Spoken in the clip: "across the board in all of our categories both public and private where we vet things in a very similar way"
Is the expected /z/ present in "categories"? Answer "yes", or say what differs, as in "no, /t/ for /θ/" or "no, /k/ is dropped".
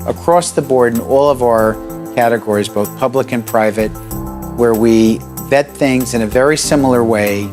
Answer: yes